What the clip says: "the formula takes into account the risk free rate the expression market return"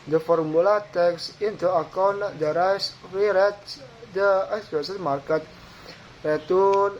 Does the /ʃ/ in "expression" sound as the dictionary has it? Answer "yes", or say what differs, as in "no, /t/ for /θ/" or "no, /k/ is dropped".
no, /s/ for /ʃ/